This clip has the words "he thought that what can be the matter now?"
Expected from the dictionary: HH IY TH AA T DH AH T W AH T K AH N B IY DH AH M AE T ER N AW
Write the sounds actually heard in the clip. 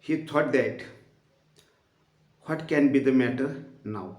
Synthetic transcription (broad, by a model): HH IY T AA T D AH T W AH T K AH N B IY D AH M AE T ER N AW